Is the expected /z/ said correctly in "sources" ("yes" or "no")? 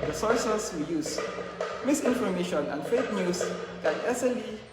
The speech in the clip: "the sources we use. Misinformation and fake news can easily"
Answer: no